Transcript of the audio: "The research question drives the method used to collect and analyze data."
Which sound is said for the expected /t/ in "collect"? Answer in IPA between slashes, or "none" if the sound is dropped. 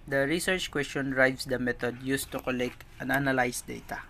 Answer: /t/